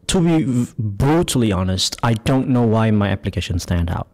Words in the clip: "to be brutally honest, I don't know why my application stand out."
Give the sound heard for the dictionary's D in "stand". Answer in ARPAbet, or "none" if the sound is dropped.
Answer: D